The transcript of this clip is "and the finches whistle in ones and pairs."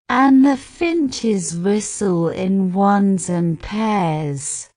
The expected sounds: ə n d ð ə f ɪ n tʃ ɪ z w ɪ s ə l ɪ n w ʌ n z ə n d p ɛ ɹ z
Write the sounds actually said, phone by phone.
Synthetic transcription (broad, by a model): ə n ð ə f ɪ n tʃ ɪ z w ɪ s ə l ɪ n w ʌ n z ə n p ɛ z